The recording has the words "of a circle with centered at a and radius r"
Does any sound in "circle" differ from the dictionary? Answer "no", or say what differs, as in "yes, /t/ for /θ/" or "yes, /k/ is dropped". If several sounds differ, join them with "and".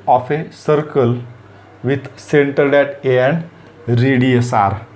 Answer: no